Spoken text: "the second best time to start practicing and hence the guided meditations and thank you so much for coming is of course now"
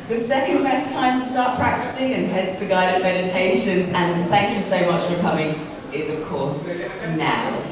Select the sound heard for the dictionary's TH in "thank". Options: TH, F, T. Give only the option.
TH